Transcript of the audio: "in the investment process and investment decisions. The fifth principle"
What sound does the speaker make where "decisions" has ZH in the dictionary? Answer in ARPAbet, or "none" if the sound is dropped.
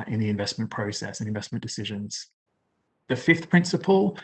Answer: ZH